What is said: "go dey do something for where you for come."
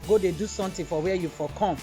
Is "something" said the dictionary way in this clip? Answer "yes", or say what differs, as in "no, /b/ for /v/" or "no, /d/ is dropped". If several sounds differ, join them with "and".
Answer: no, /t/ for /θ/